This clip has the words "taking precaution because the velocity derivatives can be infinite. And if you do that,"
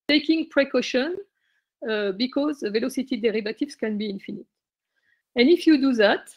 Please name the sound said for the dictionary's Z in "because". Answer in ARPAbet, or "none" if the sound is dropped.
Z